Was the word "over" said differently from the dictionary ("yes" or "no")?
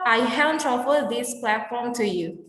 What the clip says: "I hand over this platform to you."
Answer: yes